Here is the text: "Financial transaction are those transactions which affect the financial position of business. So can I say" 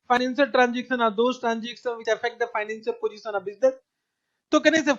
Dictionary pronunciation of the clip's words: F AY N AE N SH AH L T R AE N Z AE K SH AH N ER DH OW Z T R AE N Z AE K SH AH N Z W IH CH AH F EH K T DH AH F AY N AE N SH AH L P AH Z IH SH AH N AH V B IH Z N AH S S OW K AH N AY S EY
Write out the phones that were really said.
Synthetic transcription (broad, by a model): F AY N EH N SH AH L T R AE N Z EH K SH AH N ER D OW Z T R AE N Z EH K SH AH N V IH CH AH F EH K T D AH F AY N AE N S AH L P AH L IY S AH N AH B IH Z N AH S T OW K AH N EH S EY